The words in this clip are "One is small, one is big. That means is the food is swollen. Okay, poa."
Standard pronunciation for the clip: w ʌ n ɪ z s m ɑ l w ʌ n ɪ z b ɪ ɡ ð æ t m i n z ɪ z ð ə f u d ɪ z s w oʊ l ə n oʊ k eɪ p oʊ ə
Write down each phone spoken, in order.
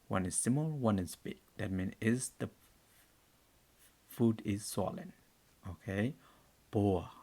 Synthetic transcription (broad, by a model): w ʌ n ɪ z s m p l w ʌ n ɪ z b ɪ ɡ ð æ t m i n ɪ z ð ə f u d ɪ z s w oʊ l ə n oʊ k eɪ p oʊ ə